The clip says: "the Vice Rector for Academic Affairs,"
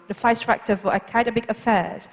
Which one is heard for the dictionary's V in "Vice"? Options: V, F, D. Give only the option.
F